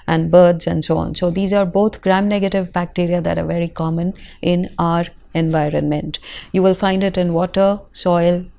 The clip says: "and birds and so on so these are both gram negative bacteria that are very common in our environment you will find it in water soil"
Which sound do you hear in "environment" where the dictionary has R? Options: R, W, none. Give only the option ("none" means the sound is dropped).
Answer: R